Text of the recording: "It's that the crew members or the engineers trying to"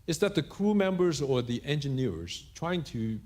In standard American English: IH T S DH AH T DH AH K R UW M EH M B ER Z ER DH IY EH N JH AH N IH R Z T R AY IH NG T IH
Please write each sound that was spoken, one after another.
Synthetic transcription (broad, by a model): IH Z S DH AH T DH AH K R UW M EH M B ER Z ER DH IY EH N JH AH N IH R Z T R AY IH NG T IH